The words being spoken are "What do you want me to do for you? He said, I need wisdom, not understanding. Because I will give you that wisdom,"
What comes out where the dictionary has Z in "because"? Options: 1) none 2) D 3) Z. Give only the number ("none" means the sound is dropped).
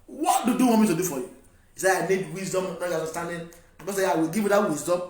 1